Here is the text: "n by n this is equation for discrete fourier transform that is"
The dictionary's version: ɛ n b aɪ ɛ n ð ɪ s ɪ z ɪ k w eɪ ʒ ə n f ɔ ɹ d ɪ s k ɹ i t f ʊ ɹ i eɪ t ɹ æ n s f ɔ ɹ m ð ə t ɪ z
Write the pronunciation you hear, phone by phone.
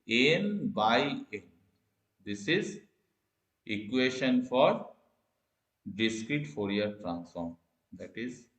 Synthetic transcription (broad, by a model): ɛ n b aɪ ɛ n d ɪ s ɪ z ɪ k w eɪ ʃ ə n f ɔ ɹ d ɪ s k ɹ i t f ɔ ɹ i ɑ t ɹ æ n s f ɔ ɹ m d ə t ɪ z